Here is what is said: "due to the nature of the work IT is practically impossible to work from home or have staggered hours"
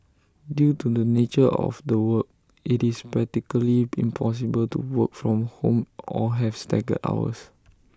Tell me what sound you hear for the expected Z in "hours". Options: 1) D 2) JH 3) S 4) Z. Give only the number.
3